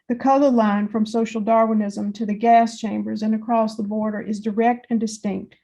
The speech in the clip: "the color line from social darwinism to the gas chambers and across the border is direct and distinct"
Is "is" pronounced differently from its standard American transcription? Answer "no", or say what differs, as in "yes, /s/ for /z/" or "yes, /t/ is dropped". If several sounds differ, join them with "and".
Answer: no